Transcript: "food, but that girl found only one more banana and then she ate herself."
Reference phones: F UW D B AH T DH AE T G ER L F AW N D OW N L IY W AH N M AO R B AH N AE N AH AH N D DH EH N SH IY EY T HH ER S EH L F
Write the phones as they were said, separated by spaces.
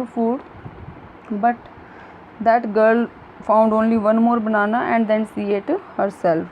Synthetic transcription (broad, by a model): F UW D B AH T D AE T G ER L F AW N D OW N L IY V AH N M AO R B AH N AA N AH AH N D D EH N S IY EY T HH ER S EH L F